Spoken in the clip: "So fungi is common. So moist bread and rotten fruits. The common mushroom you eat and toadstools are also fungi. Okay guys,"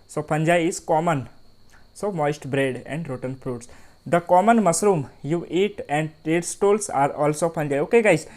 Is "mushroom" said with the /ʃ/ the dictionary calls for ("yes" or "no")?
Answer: no